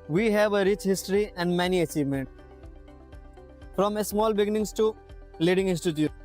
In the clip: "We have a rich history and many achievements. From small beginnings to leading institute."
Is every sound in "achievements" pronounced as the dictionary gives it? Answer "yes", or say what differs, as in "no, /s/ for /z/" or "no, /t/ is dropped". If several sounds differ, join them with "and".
no, /s/ is dropped